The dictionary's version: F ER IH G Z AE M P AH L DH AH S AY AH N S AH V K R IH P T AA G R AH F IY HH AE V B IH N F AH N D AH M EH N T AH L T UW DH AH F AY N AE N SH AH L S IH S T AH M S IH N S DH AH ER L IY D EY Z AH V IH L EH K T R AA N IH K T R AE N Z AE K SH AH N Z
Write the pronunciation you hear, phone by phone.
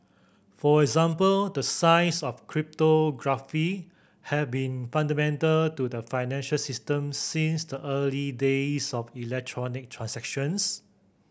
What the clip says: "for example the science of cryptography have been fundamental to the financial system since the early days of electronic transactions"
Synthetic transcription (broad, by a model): F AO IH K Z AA M P AH L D AH S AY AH S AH F K R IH P T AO G R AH F IY HH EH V B IH N F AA N D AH M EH N T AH L T UW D AH F AY N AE N SH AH L S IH S T AH M S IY N S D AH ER L IY D EY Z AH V IH L EH K T R AA N IH K T R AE N S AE K SH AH N S